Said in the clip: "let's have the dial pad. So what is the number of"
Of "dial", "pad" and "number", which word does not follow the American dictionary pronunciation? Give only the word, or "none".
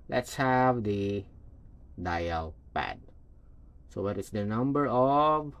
none